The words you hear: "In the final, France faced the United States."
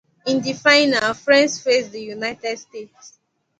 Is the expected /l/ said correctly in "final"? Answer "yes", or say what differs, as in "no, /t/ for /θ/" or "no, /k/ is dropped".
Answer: no, /w/ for /l/